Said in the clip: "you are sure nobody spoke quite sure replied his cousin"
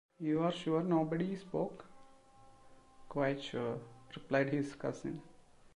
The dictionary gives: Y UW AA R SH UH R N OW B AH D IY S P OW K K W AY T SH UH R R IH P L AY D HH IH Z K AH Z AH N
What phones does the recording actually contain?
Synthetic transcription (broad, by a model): Y UW AA R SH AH R N OW B AH D IY S P OW K K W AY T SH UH R R IH P L AY D HH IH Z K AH S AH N